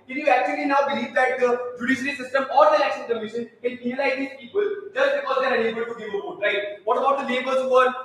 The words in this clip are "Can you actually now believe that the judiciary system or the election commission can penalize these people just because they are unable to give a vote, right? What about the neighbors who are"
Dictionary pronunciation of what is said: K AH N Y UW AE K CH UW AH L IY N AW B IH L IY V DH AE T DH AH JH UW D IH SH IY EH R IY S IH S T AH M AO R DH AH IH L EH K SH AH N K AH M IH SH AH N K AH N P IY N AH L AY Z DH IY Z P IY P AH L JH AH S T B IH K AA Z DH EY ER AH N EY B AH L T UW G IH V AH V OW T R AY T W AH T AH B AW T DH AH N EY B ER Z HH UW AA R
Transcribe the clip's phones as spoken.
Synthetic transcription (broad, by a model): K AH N Y UW AE K CH UW AH L IY N AW B IH L IY V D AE T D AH JH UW D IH SH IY R IY S IH S T AH M AO R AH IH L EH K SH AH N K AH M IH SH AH N K AH N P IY AH L AY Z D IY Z P IY P AH L JH AH S T B IH K AA Z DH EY ER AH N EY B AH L T UW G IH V AH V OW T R AY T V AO T AH B AW T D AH L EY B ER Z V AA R